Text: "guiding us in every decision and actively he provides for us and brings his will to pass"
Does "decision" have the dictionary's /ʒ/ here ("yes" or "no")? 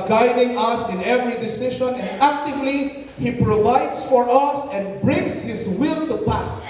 no